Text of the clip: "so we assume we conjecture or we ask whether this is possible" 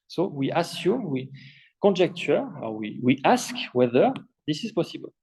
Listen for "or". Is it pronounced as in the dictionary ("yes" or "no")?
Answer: no